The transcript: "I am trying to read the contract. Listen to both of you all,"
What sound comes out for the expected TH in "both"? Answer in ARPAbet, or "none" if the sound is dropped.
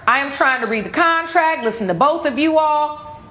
TH